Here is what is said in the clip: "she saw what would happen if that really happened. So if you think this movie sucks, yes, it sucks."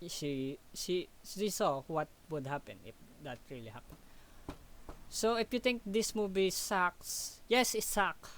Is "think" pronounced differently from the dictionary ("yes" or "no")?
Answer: yes